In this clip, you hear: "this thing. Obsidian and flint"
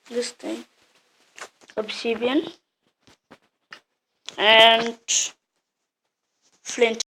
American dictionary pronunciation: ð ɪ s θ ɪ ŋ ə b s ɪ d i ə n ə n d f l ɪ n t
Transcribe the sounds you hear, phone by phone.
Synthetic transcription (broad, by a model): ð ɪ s t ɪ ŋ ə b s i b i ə n ə n d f l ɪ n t